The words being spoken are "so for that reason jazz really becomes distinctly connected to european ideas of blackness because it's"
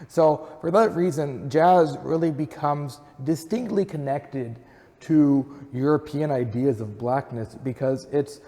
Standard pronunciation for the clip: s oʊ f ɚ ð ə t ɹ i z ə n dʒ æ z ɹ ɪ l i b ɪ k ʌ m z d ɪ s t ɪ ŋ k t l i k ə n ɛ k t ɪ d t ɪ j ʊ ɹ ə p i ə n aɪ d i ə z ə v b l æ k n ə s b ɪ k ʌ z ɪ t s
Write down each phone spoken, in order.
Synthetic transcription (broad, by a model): s oʊ f ɚ ð ə t ɹ i z ə n dʒ æ z ɹ ɪ l i b ɪ k ʌ m z d ɪ s t ɪ ŋ k t l i k ə n ɛ k t ɪ d t ɪ j ʊ ɹ ə p i ə n aɪ d i ə z ə v b l æ k n ə s b ɪ k ʌ z ɪ t s